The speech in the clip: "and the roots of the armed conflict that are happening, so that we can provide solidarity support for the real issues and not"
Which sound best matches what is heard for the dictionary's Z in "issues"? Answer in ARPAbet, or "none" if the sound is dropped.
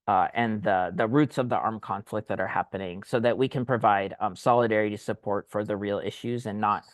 Z